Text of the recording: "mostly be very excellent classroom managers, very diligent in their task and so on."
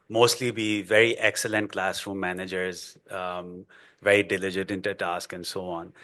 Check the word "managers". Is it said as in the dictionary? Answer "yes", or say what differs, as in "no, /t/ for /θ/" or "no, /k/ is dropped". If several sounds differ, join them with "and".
yes